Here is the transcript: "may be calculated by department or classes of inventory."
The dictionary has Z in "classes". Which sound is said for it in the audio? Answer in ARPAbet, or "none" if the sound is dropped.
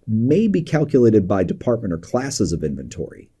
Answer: Z